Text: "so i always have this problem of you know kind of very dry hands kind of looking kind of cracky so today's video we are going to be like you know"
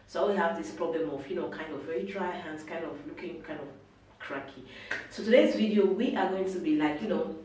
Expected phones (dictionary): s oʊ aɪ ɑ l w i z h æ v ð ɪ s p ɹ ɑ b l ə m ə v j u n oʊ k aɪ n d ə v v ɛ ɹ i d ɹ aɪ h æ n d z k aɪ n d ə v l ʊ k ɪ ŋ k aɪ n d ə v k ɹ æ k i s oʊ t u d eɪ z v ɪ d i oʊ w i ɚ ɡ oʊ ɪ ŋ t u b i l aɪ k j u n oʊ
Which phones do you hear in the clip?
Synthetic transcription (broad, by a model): s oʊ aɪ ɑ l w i h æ v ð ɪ s p ɹ ɑ b l ə m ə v j u n oʊ k aɪ n d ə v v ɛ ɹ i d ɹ aɪ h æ n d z k aɪ n d ə v l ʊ k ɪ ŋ k aɪ n d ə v k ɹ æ k i s oʊ t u d eɪ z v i d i oʊ w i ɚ ɡ oʊ ɪ ŋ t u b i l aɪ k j u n oʊ